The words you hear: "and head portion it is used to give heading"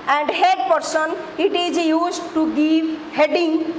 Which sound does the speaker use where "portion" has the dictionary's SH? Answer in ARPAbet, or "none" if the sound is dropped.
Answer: S